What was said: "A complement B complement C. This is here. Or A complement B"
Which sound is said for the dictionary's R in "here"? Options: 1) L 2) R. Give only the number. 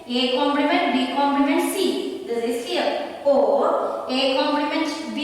1